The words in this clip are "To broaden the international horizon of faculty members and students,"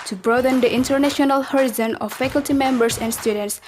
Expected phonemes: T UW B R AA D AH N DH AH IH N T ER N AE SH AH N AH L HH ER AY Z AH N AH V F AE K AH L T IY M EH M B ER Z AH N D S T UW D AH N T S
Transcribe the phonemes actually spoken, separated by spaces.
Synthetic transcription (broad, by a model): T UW B R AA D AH N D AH IH N T ER N AE SH AH N AH L HH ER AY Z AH N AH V F AE K AH L T IY M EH M B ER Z AH N D S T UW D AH N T S